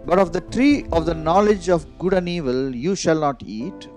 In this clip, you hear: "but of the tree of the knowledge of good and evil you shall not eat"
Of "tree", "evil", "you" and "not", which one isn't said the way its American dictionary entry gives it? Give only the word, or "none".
none